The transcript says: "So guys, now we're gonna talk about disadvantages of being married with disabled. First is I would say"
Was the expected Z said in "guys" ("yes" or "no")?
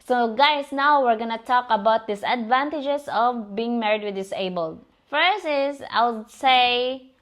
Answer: no